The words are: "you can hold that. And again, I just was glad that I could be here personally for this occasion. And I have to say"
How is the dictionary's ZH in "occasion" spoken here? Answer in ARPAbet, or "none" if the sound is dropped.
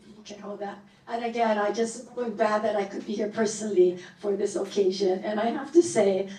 ZH